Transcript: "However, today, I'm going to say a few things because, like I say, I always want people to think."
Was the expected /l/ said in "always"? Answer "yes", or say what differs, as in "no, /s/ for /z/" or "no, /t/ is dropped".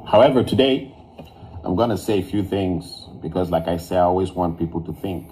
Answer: yes